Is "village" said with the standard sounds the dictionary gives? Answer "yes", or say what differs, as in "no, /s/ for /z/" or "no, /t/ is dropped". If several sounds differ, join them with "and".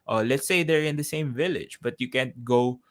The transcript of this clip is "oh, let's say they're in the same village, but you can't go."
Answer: yes